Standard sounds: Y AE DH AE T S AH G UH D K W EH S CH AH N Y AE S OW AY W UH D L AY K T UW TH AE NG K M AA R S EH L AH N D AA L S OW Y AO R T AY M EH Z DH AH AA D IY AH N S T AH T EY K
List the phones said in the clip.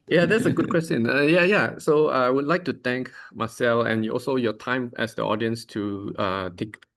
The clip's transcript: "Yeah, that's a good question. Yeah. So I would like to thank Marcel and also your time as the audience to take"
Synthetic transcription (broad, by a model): Y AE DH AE T S AH G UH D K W EH S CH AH N Y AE S OW AY W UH D L AY K T UW T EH NG K M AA S EH L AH N AA L S OW Y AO T AY M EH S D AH AA D IY AH N S T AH T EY K